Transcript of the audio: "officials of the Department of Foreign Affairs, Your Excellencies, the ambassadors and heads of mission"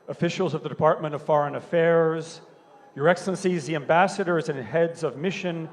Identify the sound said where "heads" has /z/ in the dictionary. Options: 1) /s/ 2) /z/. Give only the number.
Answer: 2